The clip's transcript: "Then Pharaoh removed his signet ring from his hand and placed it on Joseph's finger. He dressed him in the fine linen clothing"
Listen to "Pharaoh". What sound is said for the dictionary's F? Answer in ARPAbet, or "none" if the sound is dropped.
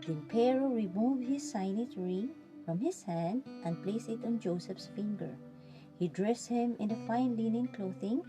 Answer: P